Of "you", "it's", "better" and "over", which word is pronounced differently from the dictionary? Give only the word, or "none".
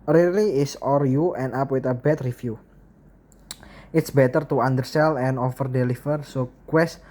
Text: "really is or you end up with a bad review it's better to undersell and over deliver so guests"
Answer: over